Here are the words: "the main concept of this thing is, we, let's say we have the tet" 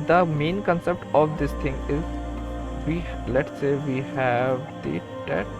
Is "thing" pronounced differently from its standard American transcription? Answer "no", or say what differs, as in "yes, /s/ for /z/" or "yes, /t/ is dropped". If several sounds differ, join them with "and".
yes, /t/ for /θ/